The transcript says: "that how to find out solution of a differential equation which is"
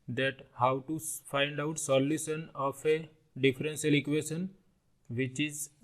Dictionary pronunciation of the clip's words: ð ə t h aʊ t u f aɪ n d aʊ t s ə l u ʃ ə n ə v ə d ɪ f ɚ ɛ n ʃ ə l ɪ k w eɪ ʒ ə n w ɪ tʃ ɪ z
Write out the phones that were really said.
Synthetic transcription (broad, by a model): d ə t h aʊ t u f aɪ n d aʊ t s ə l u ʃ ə n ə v ə d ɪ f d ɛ n s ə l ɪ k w eɪ ʃ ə n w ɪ tʃ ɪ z